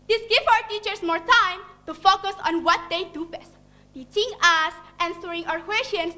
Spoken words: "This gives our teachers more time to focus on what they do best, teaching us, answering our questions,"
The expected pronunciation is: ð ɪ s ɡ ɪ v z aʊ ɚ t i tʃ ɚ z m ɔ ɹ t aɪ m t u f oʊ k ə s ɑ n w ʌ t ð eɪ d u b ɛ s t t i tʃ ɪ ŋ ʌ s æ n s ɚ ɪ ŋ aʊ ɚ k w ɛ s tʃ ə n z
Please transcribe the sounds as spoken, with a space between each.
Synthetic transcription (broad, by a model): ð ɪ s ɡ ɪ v aʊ ɚ t i tʃ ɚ s m ɔ ɹ t aɪ m t u f oʊ k ə s ɑ n w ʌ t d eɪ d u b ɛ s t t i tʃ ɪ ŋ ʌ s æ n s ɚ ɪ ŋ aʊ ɚ k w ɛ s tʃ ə n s